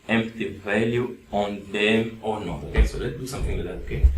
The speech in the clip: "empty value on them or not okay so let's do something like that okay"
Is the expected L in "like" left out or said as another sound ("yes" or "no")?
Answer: yes